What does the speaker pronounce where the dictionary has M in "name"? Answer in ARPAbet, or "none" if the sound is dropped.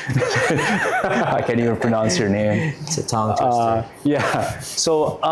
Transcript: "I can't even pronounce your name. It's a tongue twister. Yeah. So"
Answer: none